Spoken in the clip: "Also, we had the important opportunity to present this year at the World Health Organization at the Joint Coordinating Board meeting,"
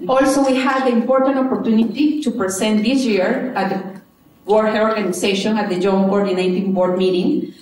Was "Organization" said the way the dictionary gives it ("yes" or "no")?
no